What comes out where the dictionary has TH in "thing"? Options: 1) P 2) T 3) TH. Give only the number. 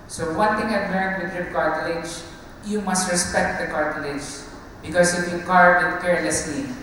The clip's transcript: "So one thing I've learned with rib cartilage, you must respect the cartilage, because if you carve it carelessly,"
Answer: 2